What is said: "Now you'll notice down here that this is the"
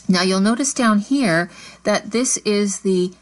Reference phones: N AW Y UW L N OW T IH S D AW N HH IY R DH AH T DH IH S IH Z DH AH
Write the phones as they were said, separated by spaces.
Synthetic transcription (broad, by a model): N AW Y UW L N OW T IH S D AW N HH IY R DH AH T DH IH S IH Z DH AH